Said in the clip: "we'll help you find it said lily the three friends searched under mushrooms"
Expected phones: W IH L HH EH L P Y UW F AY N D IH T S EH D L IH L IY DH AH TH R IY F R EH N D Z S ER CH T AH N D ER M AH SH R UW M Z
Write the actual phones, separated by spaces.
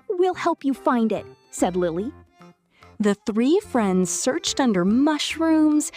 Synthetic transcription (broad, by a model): W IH L HH EH L P Y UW F AY N D IH T S EH D L IH L IY DH AH TH R IY F R EH N D Z S ER CH T AH N D ER M AH SH R UW M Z